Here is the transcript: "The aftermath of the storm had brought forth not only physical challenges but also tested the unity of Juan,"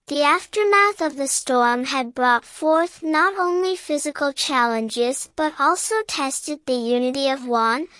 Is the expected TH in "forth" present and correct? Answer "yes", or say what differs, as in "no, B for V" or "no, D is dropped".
yes